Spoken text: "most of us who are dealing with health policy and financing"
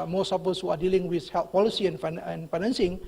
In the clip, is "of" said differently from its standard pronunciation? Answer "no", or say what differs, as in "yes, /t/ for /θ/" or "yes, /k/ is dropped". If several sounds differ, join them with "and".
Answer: yes, /p/ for /v/